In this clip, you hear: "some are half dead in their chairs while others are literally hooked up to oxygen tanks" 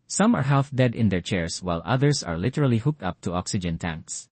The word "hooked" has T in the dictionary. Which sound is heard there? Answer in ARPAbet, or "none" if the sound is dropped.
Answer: T